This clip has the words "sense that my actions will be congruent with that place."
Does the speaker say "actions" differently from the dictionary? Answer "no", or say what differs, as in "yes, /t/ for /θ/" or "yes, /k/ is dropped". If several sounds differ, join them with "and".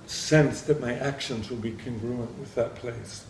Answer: no